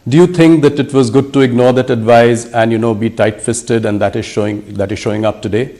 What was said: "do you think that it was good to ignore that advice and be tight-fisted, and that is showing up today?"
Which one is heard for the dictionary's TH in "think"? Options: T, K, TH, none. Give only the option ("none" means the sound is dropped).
T